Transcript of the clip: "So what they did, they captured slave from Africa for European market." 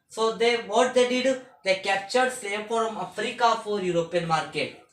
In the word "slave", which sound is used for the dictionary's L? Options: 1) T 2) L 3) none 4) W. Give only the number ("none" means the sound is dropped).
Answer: 3